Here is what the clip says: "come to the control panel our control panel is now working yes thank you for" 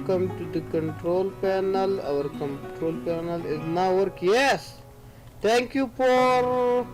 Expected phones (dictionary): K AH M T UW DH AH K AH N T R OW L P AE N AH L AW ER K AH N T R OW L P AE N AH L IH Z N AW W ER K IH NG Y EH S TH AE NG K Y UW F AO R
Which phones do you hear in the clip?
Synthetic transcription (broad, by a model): K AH M T UW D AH K AH N T R OW L P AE N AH L AW ER K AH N T R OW L P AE N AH L IH Z N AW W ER K Y EH S T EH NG K Y UW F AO R